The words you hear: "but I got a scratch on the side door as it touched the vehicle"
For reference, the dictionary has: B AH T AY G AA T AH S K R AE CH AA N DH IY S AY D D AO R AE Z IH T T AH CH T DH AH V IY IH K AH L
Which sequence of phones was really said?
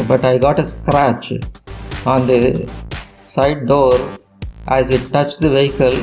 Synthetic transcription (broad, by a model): B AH T AY G AA T AH S K R AE CH AA N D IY S AY D D AO R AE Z IH T T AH CH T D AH V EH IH K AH L